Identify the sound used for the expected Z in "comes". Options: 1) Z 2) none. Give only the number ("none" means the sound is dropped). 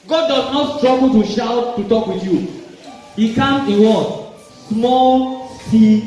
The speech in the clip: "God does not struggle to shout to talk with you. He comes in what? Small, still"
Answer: 2